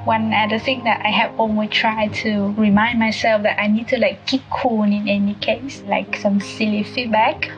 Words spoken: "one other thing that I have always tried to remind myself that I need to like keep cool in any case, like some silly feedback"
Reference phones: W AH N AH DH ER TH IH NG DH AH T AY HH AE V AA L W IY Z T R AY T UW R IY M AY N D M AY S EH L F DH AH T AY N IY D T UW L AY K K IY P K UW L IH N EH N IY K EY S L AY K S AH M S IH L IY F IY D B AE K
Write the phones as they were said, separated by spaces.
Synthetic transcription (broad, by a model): W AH N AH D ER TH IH NG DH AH T AY HH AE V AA N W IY T R AY T UW R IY M AY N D M AY S EH L F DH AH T AY N IY D T UW L AY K K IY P K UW N IH N EH N IY K EY S L AY K S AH M S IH L IY F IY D B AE K